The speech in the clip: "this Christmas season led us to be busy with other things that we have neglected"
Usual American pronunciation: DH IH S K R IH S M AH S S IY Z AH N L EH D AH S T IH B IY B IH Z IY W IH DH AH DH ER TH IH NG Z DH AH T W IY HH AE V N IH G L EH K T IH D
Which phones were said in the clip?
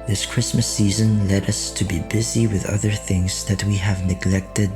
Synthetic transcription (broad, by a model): DH IH S K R IH S M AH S S IY Z AH N L EH D AH S T IH B IY B IH Z IY W IH DH AH DH ER TH IH NG Z DH AH T W IY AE V N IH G L EH K T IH D